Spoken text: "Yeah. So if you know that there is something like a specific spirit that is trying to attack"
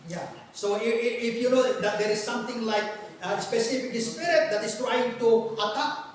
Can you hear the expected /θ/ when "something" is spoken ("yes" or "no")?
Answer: no